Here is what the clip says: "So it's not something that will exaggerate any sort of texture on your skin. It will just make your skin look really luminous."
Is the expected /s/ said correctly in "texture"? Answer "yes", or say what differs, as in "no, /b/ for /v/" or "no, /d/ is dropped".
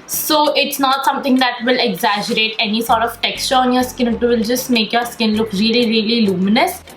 yes